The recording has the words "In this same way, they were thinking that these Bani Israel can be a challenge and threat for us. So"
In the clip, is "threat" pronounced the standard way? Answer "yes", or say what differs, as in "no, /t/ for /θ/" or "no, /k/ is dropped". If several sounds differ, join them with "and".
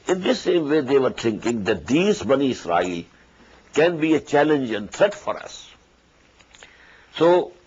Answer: no, /t/ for /θ/